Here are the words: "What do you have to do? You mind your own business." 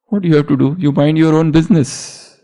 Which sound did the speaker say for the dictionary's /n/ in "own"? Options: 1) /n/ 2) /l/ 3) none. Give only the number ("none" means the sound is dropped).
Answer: 1